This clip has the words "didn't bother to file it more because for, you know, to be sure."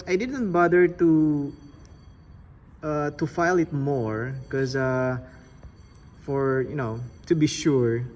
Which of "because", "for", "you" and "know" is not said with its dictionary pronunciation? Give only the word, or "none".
because